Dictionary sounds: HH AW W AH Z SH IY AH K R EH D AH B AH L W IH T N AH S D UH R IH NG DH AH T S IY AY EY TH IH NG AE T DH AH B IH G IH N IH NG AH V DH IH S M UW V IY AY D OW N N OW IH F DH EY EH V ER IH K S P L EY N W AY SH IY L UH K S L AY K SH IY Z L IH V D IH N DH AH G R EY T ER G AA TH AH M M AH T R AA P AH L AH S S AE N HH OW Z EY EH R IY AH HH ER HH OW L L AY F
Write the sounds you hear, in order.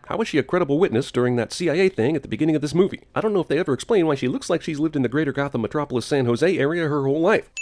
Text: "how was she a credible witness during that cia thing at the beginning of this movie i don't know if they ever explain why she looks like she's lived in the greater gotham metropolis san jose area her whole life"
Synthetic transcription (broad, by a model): HH AW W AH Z SH IY AH K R EH D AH B L W IH T N AH S D UH R IH NG DH AH T S IY AY EY TH IH NG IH T DH AH B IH G IH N IH NG AH V DH IH S M UW V IY AY D OW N N OW IH F DH EY EH V ER IH K S P L EY N W AY SH IY L UH K S L AY K SH IY Z L IH V D IH N DH AH G R EY T ER G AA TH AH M M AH T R AA P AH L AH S S AE N HH OW Z EY EH R IY AH HH ER HH OW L L AY F